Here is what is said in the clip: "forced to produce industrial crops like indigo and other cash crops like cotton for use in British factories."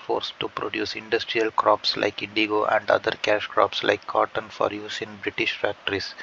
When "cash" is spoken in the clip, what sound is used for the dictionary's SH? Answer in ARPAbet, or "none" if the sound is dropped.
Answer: SH